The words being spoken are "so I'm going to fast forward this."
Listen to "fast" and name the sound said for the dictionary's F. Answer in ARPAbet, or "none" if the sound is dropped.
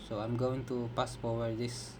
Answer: P